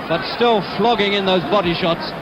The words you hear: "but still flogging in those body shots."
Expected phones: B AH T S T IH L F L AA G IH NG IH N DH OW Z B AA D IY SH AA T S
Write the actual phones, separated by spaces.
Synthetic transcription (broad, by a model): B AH T S T IH L F L AA G IH NG IH N DH OW Z B AA D IY SH AA T S